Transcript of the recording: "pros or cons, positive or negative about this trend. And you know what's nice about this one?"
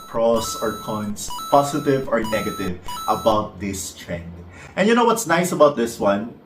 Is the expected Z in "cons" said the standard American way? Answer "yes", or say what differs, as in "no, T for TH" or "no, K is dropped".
no, S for Z